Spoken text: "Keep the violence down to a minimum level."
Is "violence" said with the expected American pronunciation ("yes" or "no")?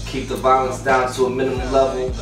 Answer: yes